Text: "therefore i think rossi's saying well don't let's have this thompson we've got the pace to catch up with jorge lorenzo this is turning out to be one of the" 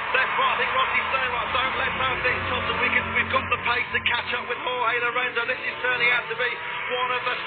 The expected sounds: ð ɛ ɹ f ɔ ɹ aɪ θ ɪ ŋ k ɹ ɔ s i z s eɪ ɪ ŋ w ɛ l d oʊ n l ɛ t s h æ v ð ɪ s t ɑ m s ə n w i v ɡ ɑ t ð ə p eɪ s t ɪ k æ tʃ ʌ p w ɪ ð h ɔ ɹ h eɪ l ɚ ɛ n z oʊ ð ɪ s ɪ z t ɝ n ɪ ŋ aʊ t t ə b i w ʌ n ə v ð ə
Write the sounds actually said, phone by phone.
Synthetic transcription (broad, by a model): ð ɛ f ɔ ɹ aɪ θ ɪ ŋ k w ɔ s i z s eɪ ɪ ŋ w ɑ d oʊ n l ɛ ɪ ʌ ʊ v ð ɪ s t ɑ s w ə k w i v ɡ ɑ t ð ə p eɪ s t ɪ k æ tʃ ʌ p w ɪ ð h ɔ l h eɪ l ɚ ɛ n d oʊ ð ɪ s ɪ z t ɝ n ɪ ŋ aʊ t t ə b i w ʌ n ə v ð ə